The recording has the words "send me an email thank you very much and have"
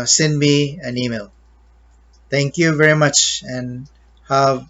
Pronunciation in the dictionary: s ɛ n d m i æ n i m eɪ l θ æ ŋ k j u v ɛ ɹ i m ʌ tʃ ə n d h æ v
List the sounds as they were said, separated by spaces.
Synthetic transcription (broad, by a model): s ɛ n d m i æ n i m eɪ l t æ ŋ k j u v ɛ ɹ i m ʌ tʃ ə n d h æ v